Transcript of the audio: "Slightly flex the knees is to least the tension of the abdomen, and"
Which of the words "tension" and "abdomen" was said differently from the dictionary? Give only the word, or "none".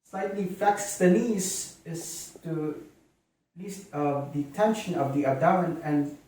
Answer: abdomen